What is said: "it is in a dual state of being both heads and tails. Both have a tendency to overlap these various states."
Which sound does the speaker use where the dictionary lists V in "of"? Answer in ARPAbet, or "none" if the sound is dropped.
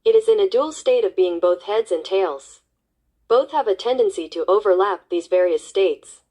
V